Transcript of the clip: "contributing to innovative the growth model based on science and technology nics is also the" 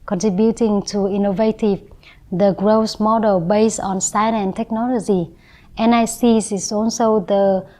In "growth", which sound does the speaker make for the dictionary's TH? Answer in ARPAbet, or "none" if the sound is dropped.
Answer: S